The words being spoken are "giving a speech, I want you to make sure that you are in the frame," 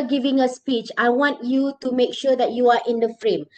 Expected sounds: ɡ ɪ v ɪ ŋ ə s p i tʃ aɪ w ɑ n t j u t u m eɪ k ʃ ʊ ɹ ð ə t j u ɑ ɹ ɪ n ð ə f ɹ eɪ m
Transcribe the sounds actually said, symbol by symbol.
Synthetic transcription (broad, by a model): ɡ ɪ v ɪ ŋ ə s p i tʃ aɪ w ɑ n t j u t u m eɪ k ʃ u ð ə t j u ɑ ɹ ɪ n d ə f ɹ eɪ m